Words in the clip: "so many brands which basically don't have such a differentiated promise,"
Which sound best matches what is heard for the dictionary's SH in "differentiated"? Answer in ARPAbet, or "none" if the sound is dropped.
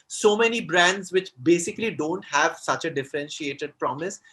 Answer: SH